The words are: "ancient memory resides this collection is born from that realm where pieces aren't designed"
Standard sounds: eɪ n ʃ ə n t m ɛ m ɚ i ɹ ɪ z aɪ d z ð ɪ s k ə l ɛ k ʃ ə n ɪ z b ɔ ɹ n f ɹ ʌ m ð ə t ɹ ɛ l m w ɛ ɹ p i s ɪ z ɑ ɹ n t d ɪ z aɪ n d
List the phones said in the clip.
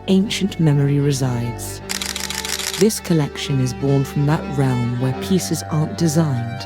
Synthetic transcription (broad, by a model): eɪ n ʃ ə n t m ɛ m ɚ i ɹ ɪ z aɪ d z ð ɪ s k ə l ɛ k ʃ ə n ɪ z b ɔ ɹ n f ɹ ʌ m ð ə t ɹ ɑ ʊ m w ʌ ɹ p i s ɪ z ɑ ɹ n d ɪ z aɪ n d